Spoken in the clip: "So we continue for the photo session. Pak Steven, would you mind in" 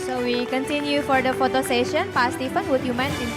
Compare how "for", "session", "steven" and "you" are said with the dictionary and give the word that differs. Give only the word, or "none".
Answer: steven